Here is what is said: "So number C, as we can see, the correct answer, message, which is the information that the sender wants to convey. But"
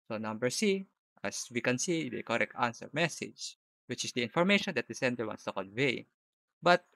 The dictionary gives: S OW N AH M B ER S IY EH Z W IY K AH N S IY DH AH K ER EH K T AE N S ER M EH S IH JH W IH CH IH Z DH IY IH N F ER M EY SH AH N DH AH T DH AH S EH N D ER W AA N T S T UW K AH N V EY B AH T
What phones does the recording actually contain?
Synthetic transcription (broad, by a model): S OW N AH M B ER S IY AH S W IY K AH N S IY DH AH K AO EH K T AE N S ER M EH S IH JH W IH CH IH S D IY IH N F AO M EY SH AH N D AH T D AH S EH N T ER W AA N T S T UW K AH N V EY B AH T